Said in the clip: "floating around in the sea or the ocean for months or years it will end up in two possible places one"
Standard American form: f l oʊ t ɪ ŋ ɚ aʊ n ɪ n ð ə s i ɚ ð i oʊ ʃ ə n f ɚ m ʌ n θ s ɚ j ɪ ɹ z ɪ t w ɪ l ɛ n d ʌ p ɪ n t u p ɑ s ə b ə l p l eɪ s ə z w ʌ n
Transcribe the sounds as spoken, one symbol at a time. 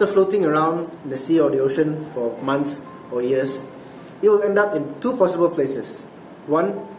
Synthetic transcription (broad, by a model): f l oʊ t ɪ ŋ ɚ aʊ ɪ n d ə s i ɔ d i oʊ ʃ ə n f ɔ m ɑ n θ s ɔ j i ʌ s ɪ t w ɪ l ɛ n d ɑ p ɪ n t u p ɑ s ə b ə l p l eɪ s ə s w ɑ n